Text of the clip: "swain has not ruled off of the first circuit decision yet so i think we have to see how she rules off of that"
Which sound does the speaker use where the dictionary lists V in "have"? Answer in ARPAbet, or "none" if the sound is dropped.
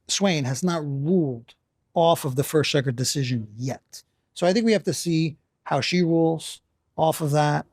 F